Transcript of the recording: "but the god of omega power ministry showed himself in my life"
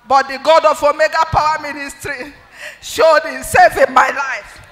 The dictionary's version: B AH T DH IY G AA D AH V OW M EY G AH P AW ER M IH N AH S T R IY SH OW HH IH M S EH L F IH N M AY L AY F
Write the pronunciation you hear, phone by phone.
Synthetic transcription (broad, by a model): B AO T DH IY G AA D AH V OW M EY G AH P AW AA M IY N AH S T R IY SH OW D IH S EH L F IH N M AY L AY F